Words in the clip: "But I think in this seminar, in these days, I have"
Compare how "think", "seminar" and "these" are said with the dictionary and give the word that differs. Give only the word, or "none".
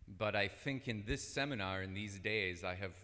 none